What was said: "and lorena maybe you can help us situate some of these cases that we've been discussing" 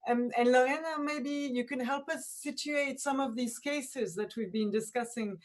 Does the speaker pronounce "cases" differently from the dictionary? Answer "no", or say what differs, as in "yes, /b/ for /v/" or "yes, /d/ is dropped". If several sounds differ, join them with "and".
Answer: no